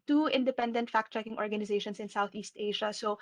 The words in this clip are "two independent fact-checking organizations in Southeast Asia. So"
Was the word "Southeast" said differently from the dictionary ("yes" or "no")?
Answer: no